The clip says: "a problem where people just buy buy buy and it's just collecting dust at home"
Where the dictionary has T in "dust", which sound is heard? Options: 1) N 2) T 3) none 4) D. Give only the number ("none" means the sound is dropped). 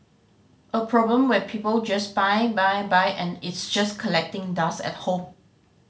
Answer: 3